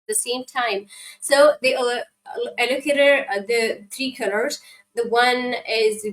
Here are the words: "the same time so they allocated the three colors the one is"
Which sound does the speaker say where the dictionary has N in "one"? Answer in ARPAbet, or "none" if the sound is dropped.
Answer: N